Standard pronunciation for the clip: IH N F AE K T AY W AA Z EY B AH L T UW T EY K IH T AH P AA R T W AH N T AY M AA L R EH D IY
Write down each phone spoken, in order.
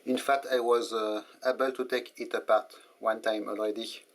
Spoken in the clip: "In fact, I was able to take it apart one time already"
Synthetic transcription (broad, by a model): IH N F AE K T AY W AA Z EY B AH L T UW T EY K IH T AH P AA R T W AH N T AY M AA L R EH D IY